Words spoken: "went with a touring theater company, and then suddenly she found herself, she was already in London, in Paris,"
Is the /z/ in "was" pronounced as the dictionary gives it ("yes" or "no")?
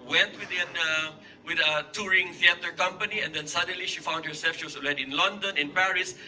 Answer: no